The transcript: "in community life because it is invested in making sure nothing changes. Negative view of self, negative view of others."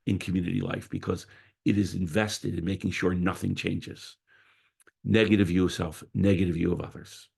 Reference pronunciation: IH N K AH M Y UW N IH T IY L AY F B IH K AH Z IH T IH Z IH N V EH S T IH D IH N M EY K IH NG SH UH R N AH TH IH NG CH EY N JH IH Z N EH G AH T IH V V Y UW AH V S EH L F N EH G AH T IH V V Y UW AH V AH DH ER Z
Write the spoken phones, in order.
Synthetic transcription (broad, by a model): IH N K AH M Y UW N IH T IY L AY F B IH K AH Z IH T IH Z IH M V EH S T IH D IH N M EY K IH NG SH UH R N AH TH IH NG CH EY N JH IH Z N EH G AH T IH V V Y UW AH V S EH L F N EH G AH T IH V V Y UW AH V AH DH ER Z